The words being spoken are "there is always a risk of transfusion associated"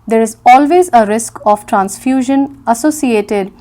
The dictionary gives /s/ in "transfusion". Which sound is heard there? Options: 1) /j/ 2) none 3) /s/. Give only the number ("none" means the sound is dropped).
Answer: 3